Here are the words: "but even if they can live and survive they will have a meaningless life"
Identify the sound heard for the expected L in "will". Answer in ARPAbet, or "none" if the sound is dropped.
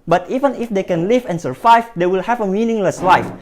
L